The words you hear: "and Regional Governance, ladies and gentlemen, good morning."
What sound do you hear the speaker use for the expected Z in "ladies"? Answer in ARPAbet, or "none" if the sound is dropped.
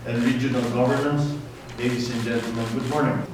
S